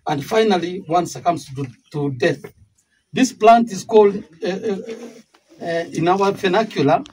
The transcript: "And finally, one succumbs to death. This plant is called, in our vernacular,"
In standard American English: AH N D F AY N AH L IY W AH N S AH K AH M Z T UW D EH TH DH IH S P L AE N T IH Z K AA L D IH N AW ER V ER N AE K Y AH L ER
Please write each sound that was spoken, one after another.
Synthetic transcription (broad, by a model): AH N D F AY N AH L IY W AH N S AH K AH M S T UW D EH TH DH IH S P L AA N T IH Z K AA L D IH N AW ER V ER N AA K Y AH L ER